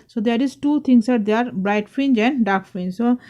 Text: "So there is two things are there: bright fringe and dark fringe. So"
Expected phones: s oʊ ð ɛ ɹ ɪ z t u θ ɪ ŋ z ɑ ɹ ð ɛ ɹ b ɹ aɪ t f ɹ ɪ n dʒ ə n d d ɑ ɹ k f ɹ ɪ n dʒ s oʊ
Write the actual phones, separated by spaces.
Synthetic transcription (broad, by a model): s oʊ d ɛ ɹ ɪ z t u t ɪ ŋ s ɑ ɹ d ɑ ɹ b ɹ aɪ t f ɹ ɪ n dʒ ə n d d ɑ ɹ k f ɹ ɪ n dʒ s oʊ